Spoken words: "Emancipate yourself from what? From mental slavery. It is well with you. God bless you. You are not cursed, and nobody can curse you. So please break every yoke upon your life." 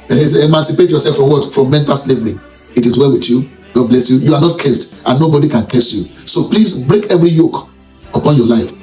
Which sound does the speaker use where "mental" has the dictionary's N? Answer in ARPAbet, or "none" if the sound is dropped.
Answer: N